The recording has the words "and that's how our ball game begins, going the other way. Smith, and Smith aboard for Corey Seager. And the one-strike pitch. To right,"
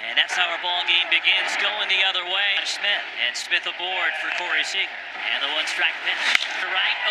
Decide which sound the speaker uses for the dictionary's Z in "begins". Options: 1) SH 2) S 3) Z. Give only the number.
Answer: 3